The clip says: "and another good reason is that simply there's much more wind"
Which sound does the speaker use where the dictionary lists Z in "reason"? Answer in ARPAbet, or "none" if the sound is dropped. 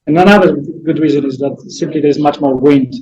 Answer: Z